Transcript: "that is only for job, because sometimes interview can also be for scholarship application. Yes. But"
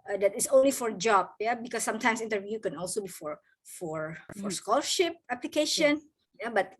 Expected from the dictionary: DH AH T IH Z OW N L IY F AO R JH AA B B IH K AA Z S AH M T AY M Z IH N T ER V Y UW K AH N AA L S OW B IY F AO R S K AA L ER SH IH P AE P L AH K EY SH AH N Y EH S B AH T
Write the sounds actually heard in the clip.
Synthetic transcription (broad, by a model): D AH T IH S OW N L IY F AO R JH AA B B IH K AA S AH M T AY M S IH N T ER V Y UW K AH N AA L S OW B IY F AO R S K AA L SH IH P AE P L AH K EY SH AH N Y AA B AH T